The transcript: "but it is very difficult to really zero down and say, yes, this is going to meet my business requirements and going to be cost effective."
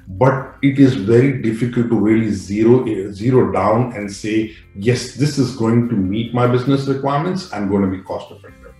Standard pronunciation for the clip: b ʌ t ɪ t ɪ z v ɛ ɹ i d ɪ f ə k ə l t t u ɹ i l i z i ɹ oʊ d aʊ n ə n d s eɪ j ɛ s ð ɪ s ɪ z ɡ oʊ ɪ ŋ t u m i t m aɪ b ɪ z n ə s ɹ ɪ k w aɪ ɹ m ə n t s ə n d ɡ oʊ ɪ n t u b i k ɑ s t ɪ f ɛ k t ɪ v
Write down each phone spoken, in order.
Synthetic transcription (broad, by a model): b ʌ t ɪ t ɪ z v ɛ ɹ i d ɪ f ə k ə l t t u l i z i z i ɹ oʊ d aʊ n ə n d s eɪ j ɛ s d ɪ s ɪ z ɡ oʊ ɪ ŋ t u m i t m aɪ b ɪ z n ə s ɹ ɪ k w aɪ ɹ m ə n t s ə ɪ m ɡ oʊ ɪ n t u b i k ɑ s t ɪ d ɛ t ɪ